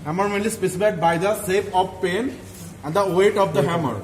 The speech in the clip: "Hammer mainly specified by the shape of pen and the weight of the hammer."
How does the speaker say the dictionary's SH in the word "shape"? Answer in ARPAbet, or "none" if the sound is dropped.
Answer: S